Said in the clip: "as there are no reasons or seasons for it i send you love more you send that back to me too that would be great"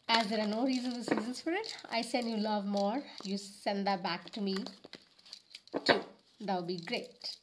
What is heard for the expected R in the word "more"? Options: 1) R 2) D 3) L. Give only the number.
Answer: 1